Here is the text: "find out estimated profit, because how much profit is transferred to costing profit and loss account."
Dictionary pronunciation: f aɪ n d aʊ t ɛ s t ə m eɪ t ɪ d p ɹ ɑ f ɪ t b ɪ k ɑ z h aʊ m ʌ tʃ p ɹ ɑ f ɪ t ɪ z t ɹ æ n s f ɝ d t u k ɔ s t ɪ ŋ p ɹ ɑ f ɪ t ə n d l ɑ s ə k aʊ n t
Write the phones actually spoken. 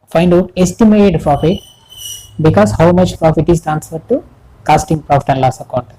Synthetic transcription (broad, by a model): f aɪ n d aʊ t ɛ s t ə m eɪ t ɪ d p ɹ ɑ f ɪ t b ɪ k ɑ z h aʊ m ʌ tʃ p ɹ ɑ f ɪ t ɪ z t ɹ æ n s ɝ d t u k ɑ s t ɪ ŋ p ɹ ɑ f ɪ t ə n d l ɑ s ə k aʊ n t